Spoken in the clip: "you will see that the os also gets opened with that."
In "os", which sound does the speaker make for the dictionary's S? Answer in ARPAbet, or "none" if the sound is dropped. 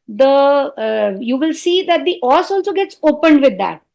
S